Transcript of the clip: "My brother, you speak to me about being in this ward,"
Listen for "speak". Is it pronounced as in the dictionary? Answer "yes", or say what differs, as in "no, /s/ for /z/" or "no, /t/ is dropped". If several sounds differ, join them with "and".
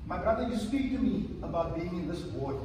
yes